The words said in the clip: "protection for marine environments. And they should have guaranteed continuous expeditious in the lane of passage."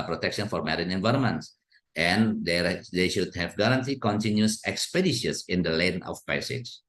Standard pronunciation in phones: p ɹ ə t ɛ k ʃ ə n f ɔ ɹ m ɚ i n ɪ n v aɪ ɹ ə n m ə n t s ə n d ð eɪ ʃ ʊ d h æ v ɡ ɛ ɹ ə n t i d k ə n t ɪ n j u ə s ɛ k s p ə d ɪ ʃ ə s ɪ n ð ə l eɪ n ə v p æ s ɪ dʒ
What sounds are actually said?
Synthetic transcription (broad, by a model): p ɹ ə t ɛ k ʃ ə n f ɔ ɹ m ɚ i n ɪ n v aɪ ɹ ə n m ə n t s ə n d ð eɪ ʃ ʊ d h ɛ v ɡ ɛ ɹ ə n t i k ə n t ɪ n j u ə s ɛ k s p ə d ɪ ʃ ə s ɪ n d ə l eɪ n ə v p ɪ s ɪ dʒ